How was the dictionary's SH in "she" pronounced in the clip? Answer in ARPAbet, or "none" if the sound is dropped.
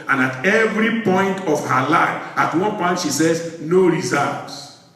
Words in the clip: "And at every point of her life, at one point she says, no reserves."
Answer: SH